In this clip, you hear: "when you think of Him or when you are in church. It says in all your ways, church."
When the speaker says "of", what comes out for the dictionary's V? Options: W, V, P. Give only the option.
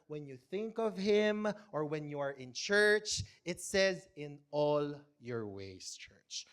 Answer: V